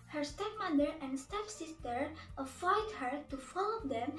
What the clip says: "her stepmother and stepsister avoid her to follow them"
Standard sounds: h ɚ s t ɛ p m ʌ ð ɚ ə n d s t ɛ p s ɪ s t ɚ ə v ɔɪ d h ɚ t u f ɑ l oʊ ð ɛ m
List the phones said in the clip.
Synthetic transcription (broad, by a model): h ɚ s t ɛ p m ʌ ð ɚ ə n d s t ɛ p s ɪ s t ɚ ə f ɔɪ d h ɚ t u f ɑ l oʊ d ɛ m